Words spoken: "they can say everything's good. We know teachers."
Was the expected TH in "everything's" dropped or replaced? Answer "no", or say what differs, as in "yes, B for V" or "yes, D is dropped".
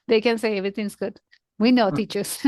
yes, T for TH